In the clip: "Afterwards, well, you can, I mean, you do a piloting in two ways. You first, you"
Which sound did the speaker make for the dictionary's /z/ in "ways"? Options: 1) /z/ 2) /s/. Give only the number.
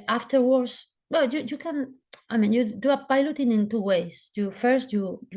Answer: 2